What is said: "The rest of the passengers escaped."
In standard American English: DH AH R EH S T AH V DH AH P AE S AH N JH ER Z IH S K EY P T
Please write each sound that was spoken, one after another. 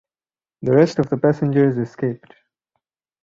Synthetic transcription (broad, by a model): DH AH R EH S T AH V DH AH P AE S AH N JH ER Z IH S K EY P T